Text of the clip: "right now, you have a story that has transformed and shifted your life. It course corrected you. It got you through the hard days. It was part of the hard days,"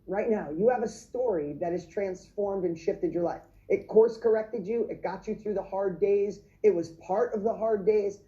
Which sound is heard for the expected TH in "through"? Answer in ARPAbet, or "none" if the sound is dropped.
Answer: TH